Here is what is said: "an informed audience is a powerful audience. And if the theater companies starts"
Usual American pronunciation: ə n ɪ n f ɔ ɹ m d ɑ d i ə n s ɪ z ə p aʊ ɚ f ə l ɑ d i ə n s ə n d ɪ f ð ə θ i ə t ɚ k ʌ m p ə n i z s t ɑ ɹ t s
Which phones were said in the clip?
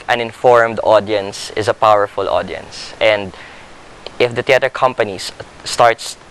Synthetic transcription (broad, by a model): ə n ɪ n f ɔ ɹ m d ɑ d i ə n s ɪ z ə p aʊ ɚ f ə l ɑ d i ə n s ə n d ɪ f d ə t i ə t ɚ k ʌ m p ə n i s t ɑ ɹ t s